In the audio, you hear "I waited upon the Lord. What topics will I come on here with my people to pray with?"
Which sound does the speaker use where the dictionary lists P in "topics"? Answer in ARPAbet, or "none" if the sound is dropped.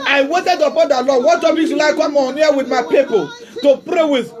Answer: B